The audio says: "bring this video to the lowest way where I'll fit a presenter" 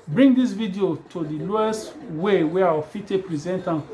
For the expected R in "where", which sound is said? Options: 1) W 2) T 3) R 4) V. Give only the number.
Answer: 1